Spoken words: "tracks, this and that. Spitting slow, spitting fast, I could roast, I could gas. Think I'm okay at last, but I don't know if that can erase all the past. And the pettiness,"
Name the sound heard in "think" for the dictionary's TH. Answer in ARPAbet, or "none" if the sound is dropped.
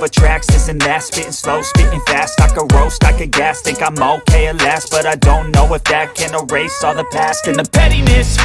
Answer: T